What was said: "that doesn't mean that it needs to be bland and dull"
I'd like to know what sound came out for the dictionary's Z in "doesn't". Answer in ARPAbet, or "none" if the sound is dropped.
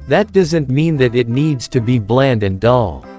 Z